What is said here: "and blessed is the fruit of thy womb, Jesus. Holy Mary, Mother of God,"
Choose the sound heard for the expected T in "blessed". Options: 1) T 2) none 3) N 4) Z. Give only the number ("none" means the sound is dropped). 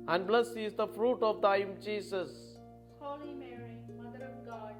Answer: 2